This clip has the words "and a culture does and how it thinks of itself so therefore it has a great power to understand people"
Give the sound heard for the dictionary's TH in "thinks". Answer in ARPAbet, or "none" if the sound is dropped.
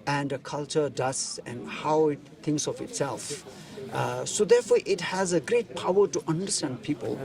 T